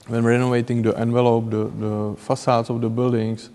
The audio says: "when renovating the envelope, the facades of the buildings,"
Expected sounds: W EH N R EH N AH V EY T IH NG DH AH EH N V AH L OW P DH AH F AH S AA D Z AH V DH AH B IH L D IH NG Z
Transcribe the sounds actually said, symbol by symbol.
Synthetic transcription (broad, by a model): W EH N R EH N AH V EY T IH NG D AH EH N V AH L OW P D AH F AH S AA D S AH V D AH B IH L D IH NG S